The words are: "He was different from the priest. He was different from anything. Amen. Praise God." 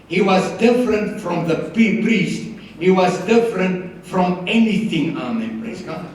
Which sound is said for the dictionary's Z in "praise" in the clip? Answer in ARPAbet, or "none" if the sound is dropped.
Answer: S